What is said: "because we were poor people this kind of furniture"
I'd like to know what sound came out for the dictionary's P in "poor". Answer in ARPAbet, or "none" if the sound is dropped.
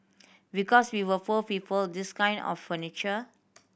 F